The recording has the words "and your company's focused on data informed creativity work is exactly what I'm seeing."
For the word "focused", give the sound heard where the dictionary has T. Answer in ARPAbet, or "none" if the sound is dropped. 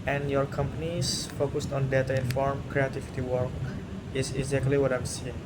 T